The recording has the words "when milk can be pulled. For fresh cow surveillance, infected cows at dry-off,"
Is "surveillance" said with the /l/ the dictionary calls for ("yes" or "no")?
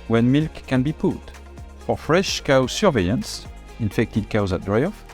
no